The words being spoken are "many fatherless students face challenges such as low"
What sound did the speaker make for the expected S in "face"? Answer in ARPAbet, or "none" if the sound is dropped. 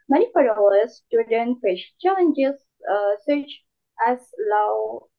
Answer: SH